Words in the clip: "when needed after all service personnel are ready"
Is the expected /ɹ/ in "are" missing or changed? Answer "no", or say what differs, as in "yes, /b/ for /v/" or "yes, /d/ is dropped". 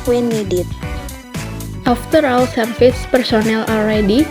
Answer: yes, /l/ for /ɹ/